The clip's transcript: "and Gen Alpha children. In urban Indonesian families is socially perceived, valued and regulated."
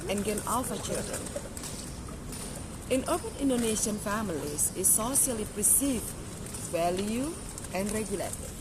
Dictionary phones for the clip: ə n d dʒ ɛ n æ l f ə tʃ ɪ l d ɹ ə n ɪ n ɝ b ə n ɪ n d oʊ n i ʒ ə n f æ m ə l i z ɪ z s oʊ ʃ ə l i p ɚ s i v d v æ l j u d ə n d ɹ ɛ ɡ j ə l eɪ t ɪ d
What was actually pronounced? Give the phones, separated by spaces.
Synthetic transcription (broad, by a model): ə n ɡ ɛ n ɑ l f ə tʃ ɪ l d ɹ ə n ɪ n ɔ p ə n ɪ n d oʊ n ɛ ʃ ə n f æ m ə l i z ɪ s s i ə l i p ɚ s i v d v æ l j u ə n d ɹ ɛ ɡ j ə l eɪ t